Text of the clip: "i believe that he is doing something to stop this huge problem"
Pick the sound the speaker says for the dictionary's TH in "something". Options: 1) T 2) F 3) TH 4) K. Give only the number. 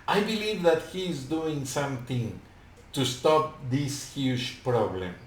1